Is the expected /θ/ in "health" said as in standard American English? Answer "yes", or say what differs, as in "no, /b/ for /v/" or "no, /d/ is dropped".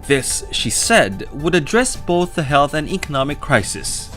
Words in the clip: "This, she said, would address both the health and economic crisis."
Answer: yes